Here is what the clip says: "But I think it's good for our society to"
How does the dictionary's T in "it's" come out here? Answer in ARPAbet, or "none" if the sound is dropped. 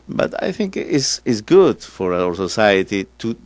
S